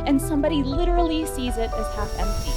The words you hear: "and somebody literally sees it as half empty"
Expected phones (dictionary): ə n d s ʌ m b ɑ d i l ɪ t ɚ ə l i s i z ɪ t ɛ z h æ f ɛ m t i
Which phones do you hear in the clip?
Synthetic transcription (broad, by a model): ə n s ʌ m b ɑ d i l ɪ t ɚ l i s i z ɪ t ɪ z h æ f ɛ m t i